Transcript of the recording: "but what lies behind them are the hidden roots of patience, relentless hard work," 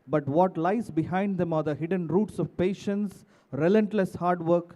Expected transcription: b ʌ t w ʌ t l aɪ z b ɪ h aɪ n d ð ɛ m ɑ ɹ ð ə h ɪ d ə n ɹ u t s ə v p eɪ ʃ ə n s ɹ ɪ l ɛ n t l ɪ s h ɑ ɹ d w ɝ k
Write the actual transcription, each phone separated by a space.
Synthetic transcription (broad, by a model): b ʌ t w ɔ t l aɪ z b ɪ h aɪ n d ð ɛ m ɑ ɹ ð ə h ɪ d ə n ɹ u t s ə v p eɪ ʃ ə n s ɹ ɪ l ɛ n t l ɪ s h ɑ ɹ d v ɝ k